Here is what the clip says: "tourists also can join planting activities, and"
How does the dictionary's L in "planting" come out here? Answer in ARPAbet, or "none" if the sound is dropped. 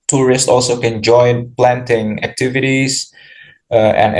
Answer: L